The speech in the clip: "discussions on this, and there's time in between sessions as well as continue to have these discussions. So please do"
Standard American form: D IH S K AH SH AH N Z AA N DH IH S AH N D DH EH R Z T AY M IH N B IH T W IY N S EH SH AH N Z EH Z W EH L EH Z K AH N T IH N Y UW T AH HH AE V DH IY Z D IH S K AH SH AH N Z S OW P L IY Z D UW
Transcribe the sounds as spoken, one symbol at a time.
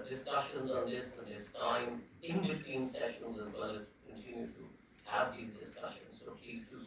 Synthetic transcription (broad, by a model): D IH S K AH SH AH N Z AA N DH IH S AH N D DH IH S T AY M IH N B IH T W IY N S EH SH AH N Z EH Z W EH L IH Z K AH N T IH N Y UW T AH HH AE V DH IY Z D IH S K AH SH AH N Z S OW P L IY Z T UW